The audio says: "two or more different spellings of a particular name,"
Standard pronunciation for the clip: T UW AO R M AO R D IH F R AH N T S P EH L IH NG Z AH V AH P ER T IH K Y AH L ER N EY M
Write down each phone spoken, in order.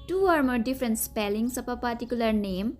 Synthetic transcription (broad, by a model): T UW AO R M AO R D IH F R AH N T S P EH L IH NG S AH P AH P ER T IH K Y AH L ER N EY M